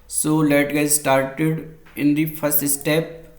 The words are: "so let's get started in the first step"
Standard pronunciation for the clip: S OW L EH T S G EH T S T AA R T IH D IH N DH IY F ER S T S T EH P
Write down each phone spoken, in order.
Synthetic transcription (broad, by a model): S OW L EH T G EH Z S T AA R T IH D IH N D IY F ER S T S T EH P